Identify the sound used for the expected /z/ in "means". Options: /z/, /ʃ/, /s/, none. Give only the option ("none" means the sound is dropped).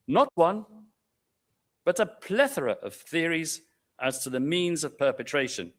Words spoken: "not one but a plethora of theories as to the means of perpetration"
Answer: /z/